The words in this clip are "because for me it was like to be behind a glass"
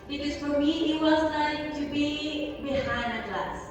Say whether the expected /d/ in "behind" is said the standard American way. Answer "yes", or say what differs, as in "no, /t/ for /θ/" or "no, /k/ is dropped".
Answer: no, /d/ is dropped